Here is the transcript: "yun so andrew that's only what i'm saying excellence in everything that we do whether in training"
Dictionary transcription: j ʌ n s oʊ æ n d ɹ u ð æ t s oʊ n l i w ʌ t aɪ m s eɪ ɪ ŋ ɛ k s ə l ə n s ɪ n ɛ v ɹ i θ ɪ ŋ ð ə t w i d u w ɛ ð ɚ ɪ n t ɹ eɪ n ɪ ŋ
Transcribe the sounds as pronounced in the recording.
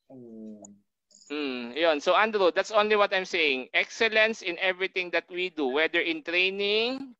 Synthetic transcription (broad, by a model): j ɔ n s oʊ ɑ n d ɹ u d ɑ t s oʊ n l i w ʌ t aɪ m s eɪ ɪ ŋ ɛ k s ə l ə n s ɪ n ɛ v ɹ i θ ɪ ŋ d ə t w i d u w ɛ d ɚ ɪ n t ɹ eɪ n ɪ ŋ